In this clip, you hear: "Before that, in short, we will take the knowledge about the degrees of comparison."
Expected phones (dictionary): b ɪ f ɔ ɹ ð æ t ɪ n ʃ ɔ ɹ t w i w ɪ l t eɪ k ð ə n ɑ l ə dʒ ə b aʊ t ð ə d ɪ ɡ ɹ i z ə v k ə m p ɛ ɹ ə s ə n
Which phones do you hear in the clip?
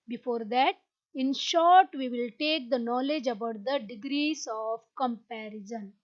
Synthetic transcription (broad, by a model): b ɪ f ɔ ɹ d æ t ɪ n ʃ ɔ ɹ t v i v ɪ l t eɪ k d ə n ɑ l ə dʒ ə b aʊ t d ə d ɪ ɡ ɹ i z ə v k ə m p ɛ ɹ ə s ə n